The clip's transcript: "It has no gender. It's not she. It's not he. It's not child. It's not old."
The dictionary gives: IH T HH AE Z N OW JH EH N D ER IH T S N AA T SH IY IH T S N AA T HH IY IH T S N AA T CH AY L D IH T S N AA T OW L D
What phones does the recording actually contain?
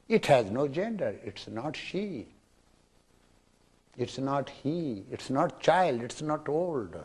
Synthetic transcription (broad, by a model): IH T HH AE Z N OW JH EH N D ER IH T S N AA T SH IY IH T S N AA T HH IY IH T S N AA T CH AY L D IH T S N AA T OW L D